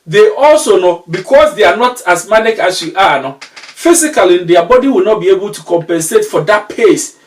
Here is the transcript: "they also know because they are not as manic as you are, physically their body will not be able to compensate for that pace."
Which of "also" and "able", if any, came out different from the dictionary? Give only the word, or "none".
none